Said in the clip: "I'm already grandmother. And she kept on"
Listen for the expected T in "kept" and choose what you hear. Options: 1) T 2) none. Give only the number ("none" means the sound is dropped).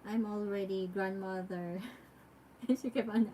2